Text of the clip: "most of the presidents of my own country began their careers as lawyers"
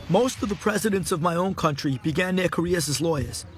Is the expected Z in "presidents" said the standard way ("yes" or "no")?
yes